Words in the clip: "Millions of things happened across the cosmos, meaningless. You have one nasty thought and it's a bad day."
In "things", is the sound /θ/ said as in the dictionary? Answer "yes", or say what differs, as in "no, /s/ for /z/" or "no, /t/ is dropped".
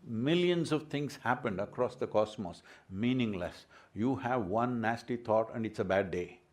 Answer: no, /t/ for /θ/